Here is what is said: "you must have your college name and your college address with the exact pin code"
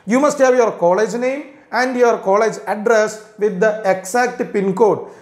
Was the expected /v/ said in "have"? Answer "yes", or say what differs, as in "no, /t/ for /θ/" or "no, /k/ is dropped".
yes